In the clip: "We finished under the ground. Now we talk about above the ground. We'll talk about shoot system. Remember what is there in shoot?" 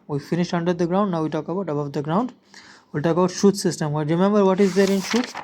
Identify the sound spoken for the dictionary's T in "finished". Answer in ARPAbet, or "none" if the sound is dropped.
T